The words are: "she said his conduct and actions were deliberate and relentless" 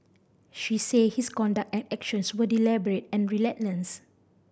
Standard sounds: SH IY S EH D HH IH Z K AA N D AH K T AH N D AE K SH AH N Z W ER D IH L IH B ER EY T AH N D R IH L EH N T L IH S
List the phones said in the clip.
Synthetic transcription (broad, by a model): SH IY S EH HH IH S K AA N D AH K T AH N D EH K SH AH N S W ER D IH L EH B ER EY T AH N R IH L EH T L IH S